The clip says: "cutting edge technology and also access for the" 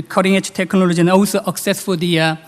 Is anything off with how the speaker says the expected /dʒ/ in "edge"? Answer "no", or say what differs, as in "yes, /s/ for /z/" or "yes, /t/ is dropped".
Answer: yes, /tʃ/ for /dʒ/